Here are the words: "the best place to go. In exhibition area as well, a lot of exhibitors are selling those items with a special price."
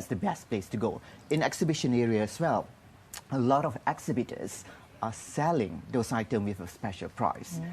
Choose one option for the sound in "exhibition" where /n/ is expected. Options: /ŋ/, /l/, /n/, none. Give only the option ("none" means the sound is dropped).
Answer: /n/